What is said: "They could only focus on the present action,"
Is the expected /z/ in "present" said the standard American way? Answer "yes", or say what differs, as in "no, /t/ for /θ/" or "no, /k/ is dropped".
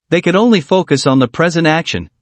yes